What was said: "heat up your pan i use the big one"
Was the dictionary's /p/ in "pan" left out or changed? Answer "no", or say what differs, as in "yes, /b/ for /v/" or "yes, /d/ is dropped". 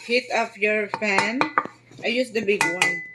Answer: yes, /f/ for /p/